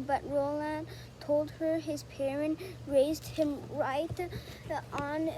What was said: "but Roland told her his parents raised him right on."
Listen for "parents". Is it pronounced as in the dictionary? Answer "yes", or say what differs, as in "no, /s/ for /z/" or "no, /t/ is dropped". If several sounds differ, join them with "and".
no, /s/ is dropped